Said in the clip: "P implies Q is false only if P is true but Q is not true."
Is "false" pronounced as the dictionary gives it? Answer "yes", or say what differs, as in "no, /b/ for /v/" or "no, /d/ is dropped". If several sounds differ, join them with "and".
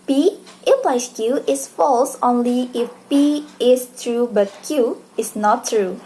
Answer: yes